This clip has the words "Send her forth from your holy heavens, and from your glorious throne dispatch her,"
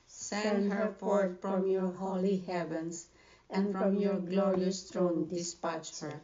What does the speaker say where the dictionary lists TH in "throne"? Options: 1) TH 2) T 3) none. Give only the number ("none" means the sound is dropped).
2